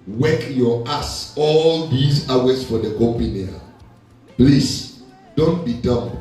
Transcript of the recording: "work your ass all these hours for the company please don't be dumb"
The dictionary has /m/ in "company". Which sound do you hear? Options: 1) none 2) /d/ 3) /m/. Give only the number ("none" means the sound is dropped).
1